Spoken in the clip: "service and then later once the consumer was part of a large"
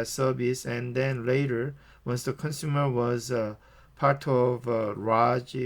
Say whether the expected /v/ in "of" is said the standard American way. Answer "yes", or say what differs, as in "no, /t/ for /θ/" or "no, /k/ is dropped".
yes